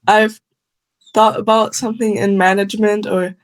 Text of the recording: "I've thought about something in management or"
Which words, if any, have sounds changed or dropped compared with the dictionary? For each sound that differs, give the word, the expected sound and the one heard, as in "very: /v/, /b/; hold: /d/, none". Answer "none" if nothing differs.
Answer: none